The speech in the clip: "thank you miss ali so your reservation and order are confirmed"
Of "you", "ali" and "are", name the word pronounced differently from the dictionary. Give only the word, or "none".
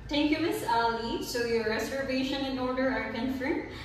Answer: none